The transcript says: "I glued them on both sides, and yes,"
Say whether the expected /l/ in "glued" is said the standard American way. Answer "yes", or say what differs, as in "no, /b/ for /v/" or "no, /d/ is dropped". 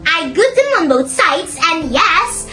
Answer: no, /l/ is dropped